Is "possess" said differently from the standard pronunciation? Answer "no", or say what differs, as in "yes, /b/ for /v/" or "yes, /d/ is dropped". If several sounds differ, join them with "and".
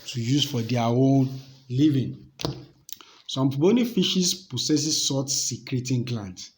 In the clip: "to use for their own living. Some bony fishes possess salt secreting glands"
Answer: yes, /s/ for /z/